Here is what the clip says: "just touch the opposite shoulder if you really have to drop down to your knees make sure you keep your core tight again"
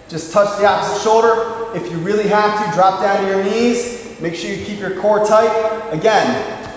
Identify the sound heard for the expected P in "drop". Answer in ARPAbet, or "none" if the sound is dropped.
P